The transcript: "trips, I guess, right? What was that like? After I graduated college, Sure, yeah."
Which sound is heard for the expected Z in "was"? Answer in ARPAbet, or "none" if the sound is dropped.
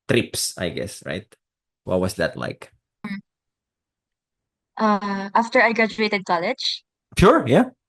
S